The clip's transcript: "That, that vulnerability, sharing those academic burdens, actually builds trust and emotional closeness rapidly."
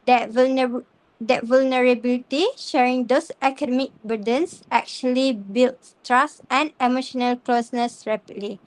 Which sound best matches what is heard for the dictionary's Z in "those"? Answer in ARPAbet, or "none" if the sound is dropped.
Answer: S